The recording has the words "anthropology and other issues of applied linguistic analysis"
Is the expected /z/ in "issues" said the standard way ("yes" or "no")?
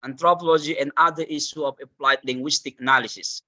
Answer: no